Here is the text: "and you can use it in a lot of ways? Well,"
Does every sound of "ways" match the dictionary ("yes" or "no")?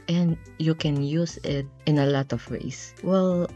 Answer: no